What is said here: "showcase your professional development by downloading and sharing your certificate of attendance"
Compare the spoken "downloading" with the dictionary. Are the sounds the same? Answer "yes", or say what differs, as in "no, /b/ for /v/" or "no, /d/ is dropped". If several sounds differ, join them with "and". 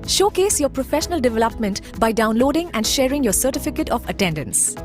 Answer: yes